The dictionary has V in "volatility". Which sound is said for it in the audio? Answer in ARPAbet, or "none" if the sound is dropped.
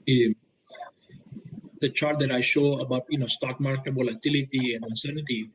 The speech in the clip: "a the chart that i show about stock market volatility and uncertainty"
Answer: B